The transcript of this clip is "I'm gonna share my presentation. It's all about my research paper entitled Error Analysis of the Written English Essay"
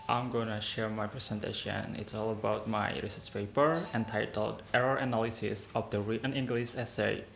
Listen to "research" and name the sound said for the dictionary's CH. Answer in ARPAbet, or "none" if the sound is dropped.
S